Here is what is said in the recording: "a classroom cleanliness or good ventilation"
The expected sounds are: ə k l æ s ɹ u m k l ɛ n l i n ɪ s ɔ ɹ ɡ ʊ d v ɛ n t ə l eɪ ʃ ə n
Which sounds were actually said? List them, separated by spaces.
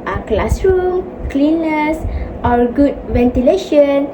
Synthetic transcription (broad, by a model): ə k l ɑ s ɹ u m k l l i n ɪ s ɔ l ɡ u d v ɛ n t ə l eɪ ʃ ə n